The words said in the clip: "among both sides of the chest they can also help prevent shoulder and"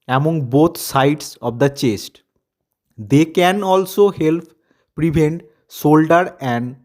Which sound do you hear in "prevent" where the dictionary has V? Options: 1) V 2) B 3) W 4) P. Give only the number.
2